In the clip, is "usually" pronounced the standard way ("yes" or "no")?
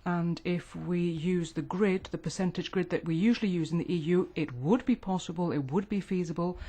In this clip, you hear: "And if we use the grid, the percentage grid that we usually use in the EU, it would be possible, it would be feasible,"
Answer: yes